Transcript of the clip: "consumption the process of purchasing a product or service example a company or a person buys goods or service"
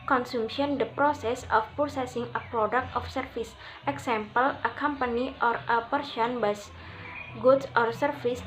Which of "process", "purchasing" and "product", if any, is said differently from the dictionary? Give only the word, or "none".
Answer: purchasing